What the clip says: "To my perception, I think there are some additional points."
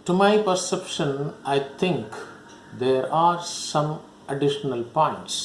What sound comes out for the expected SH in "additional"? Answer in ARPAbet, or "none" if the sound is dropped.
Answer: SH